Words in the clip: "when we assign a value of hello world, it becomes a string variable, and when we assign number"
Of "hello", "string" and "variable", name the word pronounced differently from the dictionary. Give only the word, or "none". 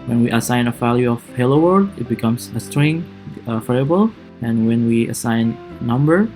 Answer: variable